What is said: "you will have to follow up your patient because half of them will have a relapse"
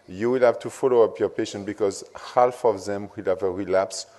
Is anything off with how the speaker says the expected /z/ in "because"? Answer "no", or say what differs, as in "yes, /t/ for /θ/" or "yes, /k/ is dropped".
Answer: no